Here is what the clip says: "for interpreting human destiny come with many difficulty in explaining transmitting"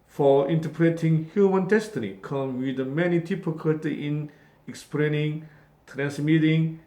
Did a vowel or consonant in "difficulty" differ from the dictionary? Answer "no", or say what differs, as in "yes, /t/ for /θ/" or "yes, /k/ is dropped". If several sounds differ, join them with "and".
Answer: yes, /p/ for /f/